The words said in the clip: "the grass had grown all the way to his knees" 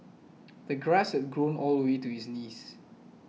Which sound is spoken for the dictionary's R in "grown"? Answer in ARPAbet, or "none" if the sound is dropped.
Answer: R